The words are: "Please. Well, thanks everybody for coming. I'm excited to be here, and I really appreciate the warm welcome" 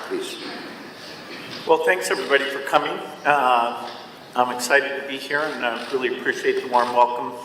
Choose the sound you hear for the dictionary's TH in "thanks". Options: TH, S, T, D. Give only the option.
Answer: TH